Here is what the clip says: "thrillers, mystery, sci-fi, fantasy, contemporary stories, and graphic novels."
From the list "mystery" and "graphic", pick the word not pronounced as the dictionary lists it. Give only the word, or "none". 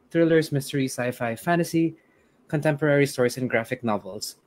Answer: none